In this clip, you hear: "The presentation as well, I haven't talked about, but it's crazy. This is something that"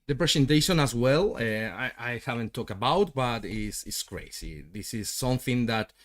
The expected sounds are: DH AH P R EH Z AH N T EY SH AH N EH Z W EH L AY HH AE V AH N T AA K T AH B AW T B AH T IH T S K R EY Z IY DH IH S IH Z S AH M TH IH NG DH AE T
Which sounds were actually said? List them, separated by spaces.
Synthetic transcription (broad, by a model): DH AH P R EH S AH N T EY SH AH N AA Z W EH L AY HH AE V AH N T AA K T AH B AW T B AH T IH T S K R EY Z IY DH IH S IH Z S AH M TH IH NG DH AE T